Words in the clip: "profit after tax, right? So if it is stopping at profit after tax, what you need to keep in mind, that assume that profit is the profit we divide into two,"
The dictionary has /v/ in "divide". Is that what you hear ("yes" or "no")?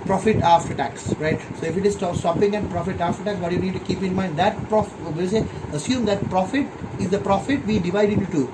yes